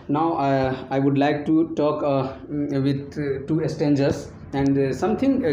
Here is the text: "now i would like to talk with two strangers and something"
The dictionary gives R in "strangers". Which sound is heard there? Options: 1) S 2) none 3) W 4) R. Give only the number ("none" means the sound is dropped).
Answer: 2